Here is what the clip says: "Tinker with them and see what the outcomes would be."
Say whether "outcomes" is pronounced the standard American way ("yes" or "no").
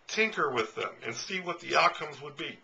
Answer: yes